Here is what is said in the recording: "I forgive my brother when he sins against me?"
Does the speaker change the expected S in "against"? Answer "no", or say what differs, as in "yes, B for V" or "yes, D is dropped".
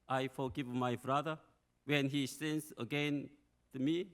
yes, S is dropped